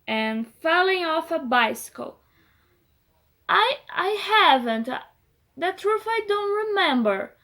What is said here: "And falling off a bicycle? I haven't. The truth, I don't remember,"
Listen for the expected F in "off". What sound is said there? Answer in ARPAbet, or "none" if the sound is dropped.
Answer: F